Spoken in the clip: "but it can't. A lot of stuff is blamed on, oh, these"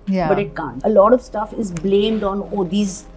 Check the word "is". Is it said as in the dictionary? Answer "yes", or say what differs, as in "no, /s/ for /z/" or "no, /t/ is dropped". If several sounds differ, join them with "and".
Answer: yes